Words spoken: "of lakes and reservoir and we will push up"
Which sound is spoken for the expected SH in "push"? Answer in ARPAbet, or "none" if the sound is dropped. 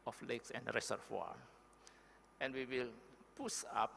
S